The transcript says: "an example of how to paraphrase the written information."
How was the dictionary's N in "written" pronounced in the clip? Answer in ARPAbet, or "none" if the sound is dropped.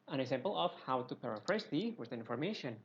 none